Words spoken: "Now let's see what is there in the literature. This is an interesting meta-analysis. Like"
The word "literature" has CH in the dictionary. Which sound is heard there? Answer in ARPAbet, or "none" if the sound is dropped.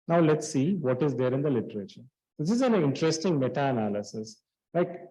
CH